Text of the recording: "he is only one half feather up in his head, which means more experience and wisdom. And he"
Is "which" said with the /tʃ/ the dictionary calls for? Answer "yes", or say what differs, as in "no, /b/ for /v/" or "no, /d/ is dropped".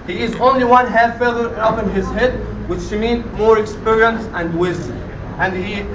no, /ʃ/ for /tʃ/